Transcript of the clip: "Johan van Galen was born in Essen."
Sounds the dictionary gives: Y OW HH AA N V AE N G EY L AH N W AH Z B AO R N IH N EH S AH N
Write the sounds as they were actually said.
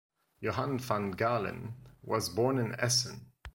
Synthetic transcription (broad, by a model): Y OW HH AA N F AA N G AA L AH N W AH Z B AO R N IH N EH S AH N